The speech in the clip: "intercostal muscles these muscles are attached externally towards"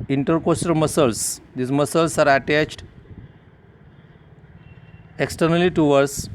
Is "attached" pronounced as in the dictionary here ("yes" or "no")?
yes